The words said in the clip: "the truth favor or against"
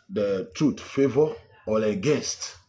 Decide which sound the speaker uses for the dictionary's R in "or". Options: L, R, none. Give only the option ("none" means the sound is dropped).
L